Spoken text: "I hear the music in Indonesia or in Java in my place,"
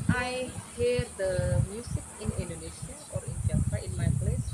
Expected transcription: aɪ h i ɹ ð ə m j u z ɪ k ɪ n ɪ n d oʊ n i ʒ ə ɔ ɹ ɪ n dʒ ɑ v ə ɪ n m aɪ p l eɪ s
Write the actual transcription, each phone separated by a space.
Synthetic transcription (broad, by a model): aɪ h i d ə m j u s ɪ k ɪ n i n d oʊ n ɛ ʃ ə ɔ ɹ ɪ n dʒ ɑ f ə ɪ n m aɪ p l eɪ s